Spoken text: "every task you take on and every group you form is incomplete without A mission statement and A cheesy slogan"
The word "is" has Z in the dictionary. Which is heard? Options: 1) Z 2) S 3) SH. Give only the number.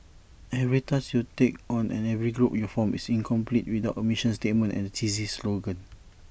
2